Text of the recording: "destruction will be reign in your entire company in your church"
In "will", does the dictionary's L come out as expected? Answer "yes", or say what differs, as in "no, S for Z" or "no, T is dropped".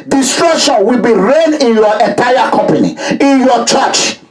yes